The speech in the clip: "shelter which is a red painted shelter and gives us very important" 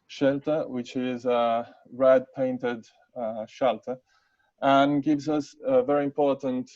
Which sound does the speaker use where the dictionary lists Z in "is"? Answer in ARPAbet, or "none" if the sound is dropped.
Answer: Z